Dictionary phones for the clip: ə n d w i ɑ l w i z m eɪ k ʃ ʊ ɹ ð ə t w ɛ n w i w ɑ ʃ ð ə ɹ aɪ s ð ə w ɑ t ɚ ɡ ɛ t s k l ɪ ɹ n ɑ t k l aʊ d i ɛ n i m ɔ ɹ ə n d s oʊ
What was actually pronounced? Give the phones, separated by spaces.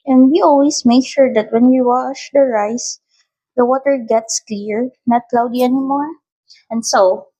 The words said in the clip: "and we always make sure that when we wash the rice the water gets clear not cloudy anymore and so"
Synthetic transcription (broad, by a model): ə n d w i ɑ l w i s m eɪ k ʃ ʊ ɹ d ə t w ɛ n w i w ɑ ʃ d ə ɹ aɪ s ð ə w ɑ t ɚ ɡ ɛ t s k l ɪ ɹ n ɑ t k l aʊ d i ɛ n i m ɔ ɹ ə n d s oʊ